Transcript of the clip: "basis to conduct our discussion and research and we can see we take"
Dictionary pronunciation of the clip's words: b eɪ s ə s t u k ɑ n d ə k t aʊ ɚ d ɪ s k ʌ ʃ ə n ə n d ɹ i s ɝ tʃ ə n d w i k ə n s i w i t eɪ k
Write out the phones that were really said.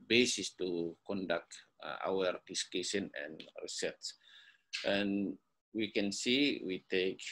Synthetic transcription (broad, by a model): b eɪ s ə s t u k ɑ n d ə k t aʊ ɚ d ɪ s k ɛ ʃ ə n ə n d ɹ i s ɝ s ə n w i k ə n s i w i t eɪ k